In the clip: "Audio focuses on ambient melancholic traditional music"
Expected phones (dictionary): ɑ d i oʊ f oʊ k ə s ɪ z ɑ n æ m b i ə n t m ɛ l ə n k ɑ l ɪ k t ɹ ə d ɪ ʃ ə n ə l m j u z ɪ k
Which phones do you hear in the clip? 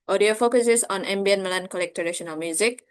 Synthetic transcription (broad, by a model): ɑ d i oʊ f oʊ k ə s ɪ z ɑ n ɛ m b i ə n m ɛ l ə n k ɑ l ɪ k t ə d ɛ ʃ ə n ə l m j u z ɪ k